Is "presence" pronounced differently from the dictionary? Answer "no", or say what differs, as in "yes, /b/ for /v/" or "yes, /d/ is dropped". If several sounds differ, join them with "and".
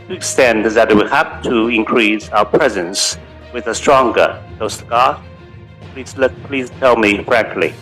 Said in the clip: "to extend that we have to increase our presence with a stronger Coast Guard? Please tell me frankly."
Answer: no